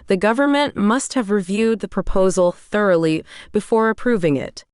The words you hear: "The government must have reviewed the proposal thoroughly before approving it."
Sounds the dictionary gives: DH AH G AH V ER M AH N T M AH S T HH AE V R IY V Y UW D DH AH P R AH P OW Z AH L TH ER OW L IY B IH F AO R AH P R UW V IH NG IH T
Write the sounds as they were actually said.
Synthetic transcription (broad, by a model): DH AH G AH V ER M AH N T M AH S T HH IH V R IY V Y UW D DH AH P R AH P OW Z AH L TH ER OW L IY B IH F AO R AH P R UW V IH NG IH T